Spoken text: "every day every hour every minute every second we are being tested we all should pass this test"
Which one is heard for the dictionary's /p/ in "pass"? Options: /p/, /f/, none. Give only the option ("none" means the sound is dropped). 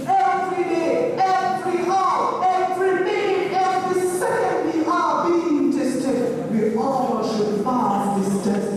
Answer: /f/